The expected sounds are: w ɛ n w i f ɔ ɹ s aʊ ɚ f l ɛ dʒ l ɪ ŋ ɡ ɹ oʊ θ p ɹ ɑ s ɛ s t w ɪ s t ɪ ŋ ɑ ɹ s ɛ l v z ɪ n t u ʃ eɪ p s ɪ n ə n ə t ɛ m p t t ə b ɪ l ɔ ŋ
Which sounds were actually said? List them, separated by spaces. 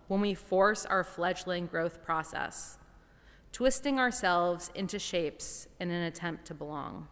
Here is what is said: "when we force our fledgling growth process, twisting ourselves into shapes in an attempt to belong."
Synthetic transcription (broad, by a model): w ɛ n w i f ɔ ɹ s aʊ ɚ f l ɛ dʒ l ɪ ŋ ɡ ɹ oʊ θ p ɹ ɑ s ɛ s t w ɪ s t ɪ ŋ ɑ ɹ s ɛ l v z ɪ n t u ʃ eɪ p s ɪ n ə n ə t ɛ m p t t ə b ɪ l ɔ ŋ